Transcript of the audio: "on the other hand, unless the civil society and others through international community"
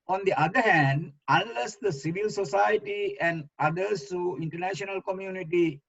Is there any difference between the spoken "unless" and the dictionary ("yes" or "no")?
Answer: no